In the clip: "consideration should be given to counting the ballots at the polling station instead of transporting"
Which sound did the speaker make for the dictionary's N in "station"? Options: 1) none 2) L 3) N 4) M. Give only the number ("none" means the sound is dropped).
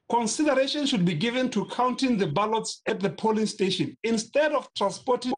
3